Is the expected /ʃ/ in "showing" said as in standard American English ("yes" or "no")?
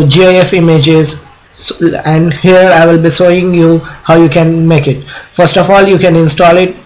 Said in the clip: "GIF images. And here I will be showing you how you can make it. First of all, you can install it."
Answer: no